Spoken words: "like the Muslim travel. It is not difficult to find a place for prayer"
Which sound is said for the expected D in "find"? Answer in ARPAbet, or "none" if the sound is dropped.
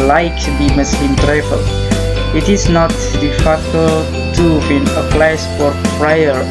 none